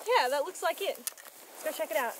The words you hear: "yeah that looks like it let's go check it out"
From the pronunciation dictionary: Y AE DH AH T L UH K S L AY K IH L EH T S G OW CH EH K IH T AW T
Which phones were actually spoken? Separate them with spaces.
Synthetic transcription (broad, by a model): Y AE DH AH T L UH K S L AY K IH T G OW CH EH K IH T AW T